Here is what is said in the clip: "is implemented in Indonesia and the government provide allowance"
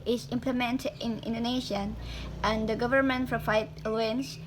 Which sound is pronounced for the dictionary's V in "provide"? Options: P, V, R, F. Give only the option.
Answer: F